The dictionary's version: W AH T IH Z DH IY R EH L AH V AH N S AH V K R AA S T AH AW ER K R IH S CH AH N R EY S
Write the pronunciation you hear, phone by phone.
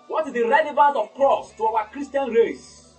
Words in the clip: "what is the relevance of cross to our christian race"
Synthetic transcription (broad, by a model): W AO T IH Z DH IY R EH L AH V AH N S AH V K R AA S T AH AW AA K R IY S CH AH N R EY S